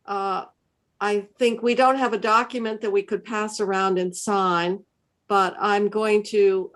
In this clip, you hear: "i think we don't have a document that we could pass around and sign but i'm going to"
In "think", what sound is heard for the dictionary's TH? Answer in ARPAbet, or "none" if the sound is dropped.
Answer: TH